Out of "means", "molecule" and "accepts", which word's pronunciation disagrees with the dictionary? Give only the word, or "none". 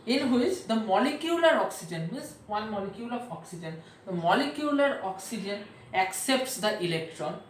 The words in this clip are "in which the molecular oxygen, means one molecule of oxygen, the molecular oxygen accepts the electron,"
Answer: means